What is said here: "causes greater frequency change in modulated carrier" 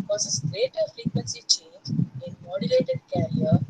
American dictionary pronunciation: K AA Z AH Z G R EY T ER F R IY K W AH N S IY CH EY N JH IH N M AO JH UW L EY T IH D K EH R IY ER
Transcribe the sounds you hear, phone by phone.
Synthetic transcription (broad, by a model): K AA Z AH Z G R EY T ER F L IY K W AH N S IY CH EY N JH IH N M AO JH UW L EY T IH D K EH R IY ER